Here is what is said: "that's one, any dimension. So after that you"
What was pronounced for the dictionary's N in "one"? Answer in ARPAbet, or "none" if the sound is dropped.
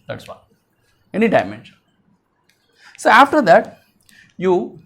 none